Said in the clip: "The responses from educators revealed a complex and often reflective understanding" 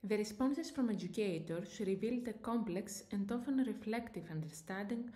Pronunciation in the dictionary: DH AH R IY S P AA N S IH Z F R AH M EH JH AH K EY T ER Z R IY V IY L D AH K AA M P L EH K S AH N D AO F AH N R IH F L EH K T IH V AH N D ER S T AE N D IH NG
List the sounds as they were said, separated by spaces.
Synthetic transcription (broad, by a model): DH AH R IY S P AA N S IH S F R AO M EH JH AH K EY T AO S R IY V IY L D AH K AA M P L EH K S AH N D AO F AH N R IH F L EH K T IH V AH N D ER S T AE N D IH NG